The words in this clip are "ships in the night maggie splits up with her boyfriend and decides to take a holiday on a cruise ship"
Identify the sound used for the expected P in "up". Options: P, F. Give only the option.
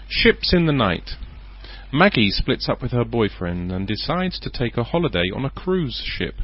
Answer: P